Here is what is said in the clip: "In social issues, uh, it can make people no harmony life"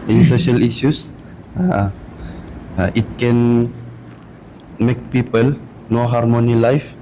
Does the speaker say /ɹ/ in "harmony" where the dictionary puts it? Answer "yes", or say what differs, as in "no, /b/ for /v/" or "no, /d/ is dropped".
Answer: yes